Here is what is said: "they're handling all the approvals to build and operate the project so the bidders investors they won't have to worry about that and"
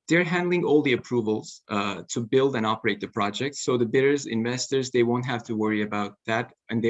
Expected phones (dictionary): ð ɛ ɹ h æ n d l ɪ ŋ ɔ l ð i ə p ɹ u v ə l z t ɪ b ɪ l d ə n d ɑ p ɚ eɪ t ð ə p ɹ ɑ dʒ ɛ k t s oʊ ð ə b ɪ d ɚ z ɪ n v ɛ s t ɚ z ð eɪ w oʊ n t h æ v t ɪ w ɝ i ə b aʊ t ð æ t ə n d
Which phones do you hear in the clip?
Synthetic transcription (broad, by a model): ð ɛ ɹ h æ n d l ɪ ŋ ɔ l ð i ə p ɹ u v ə l z t ɪ b ɪ l d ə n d ɑ p ɚ eɪ t ð ə p ɹ ɑ dʒ ɛ k t s oʊ ð ə b ɪ d ɚ z ɪ n v ɛ s t ɚ z ð eɪ w oʊ n t h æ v t ɪ w ɝ i ə b aʊ t ð æ t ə n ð